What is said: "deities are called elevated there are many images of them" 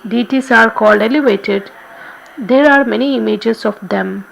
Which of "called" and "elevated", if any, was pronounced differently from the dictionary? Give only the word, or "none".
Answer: none